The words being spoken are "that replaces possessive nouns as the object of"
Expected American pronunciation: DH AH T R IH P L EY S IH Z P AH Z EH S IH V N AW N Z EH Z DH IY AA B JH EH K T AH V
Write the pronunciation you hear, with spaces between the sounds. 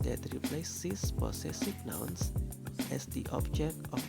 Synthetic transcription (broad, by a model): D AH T R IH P L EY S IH S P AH S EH S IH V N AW N S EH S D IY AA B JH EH K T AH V